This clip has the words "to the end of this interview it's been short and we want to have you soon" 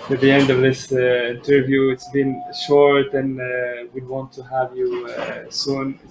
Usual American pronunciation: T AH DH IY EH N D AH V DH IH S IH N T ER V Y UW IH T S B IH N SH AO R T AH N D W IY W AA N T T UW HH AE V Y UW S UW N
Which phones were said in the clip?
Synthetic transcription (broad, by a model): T DH IY EH N D AH V DH IH S IH N T ER V Y UW IH T S B IH N SH AO R T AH N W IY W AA N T T UW HH AE V Y UW S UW N